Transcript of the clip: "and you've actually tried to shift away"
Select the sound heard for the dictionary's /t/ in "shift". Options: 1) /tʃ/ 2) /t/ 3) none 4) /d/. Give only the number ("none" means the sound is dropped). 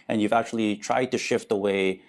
2